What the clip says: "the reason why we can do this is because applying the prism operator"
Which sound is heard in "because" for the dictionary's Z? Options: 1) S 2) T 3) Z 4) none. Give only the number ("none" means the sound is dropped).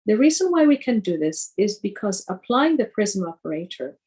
3